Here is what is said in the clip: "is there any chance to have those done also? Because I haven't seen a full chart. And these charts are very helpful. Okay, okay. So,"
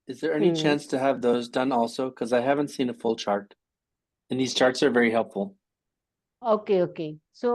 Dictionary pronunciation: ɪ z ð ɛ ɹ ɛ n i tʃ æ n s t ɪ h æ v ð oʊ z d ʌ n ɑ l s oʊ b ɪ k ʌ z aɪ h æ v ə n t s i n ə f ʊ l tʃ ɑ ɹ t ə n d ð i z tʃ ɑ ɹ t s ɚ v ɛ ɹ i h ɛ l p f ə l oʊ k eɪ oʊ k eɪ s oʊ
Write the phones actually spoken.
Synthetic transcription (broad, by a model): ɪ z ð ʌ ɹ ɛ n i tʃ æ n s t ɪ v ð oʊ z d ʌ n ɑ l s oʊ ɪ k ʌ z aɪ h æ v ə n t s i n ə f ʊ l tʃ ɑ ɹ t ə n ð i z tʃ ɑ ɹ t s ɚ v ɛ ɹ i h ɛ l p f l oʊ k eɪ oʊ k eɪ s oʊ